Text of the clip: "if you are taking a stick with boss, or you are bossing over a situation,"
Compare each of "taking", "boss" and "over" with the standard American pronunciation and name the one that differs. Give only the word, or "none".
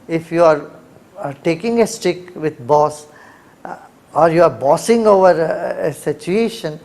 none